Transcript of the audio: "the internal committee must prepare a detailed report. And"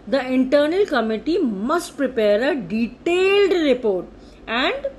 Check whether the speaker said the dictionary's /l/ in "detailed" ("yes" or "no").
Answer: yes